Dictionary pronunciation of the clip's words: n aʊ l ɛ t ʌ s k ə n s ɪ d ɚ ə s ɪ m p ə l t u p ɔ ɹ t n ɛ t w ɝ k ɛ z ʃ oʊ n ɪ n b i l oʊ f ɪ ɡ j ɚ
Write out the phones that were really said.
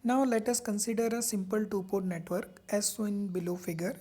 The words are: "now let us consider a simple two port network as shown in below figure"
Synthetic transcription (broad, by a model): n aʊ l ɛ t ʌ s k ə n s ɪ d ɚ ə s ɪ m p ə l t u p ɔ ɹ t n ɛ t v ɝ k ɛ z s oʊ ɪ n b i l oʊ f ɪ ɡ j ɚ